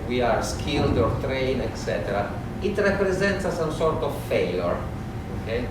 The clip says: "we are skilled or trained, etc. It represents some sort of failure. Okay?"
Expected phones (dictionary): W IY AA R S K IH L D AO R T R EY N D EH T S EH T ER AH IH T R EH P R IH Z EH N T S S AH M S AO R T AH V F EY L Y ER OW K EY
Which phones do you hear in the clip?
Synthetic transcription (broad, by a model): W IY AA R S K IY L D AO R T R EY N EH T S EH T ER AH IH T R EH P R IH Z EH N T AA S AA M S AO R T AH V F EY L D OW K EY